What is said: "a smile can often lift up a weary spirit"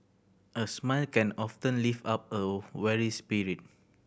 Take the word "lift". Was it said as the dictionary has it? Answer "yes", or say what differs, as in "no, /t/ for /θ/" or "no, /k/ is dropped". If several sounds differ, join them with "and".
no, /t/ is dropped